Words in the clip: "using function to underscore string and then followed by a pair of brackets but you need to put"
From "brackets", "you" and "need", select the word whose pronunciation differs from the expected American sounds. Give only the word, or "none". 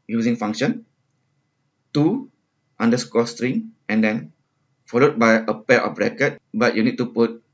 brackets